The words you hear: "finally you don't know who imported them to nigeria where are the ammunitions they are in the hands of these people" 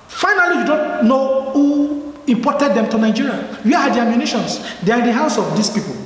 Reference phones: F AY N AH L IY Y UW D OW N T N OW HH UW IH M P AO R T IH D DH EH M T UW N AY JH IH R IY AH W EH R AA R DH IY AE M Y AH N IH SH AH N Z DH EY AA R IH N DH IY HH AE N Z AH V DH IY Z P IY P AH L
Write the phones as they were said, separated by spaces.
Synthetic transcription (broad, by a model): F AY N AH L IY Y UW D OW N T N OW HH UW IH M P AO T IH D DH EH M T UW N AY JH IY R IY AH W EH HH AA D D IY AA M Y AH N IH SH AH N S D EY AA R IH N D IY HH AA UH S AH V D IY S P IY P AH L